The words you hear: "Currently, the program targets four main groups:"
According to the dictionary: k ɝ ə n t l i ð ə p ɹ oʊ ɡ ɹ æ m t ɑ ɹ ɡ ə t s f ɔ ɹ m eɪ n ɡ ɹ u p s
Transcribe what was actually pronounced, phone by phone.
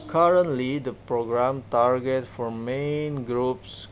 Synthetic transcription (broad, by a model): k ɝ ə n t l i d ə p ɹ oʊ ɡ ɹ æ m t ɑ ɹ ɡ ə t f ɔ ɹ m eɪ n ɡ ɹ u p s